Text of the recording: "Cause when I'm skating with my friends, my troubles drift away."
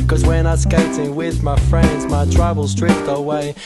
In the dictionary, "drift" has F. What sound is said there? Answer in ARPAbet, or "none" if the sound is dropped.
P